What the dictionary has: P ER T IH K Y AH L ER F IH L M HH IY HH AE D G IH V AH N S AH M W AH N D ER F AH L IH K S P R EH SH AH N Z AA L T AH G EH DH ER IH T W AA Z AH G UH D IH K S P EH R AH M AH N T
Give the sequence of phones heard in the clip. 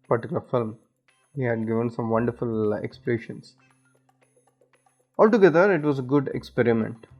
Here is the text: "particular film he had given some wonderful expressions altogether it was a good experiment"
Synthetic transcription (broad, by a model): P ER T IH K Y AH L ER F IH L M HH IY HH AE D G IH V AH N S AH M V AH N D ER F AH L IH K S P R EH SH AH N S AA L T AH G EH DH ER IH T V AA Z AH G UH D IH K S P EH R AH M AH N T